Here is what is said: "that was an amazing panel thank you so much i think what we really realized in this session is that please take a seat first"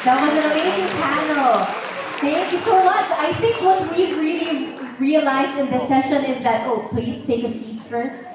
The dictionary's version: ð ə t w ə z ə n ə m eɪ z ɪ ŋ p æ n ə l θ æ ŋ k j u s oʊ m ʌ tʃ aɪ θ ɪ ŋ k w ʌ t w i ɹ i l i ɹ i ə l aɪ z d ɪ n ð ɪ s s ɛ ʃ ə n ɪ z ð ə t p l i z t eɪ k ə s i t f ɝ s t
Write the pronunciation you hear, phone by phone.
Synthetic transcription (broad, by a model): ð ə t w ə z ə n ə m eɪ z ɪ ŋ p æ n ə l θ æ ŋ k j u s oʊ m ʌ tʃ aɪ θ ɪ ŋ k w ʌ t w i ɹ i l i ɹ i ə l aɪ z d ɪ n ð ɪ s s ɛ ʃ ə n ɪ z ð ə t p l i z t eɪ k ə s i t f ɝ s t